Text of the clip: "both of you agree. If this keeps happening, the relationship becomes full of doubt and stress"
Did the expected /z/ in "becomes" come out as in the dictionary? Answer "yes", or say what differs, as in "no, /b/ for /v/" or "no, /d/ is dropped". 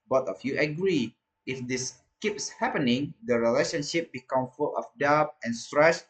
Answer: no, /z/ is dropped